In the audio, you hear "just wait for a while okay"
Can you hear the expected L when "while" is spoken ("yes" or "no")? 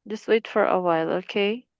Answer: yes